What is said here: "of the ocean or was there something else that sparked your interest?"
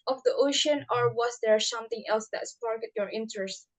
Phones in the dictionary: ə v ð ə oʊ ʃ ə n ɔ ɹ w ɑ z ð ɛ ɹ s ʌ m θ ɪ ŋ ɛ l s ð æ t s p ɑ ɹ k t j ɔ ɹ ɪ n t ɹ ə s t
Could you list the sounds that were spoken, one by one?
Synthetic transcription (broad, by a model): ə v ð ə oʊ ʃ ə n ɔ ɹ w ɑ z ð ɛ ɹ s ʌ m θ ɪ ŋ ɛ l s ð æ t s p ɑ ɹ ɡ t j ɔ ɹ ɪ n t ɹ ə s t